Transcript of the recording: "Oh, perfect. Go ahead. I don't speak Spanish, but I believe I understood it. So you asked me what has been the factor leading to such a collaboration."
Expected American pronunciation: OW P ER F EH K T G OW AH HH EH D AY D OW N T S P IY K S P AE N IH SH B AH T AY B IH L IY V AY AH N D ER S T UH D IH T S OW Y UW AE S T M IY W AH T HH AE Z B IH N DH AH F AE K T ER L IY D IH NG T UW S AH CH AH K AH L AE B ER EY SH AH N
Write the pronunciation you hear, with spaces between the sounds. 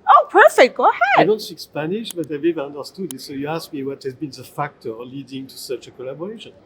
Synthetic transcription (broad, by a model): OW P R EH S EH G OW AH HH EH D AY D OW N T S IY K S P AE N IH SH B AH T AY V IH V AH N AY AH N D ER S T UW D IH T S OW Y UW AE S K M IY W AH T HH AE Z B IH N DH AH F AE K T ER L IY D IH NG T UW S AH CH AH K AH L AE B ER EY SH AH N